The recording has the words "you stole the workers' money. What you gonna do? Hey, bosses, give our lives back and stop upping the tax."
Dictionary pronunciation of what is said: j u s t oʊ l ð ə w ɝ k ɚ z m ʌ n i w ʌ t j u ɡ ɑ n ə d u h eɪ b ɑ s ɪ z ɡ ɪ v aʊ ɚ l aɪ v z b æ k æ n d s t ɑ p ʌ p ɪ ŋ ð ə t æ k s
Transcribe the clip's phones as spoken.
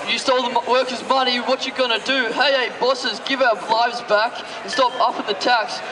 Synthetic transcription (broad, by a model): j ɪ s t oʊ l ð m w ɝ k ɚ z m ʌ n i w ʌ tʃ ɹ ɡ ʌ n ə d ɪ h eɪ b ɑ s ɪ z ɡ ɪ v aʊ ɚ l aɪ v z b æ k n s t ɑ p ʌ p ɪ ð ə t æ k s